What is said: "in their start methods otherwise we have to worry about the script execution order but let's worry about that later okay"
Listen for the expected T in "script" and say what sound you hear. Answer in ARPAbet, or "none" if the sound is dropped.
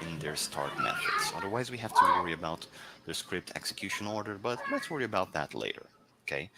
T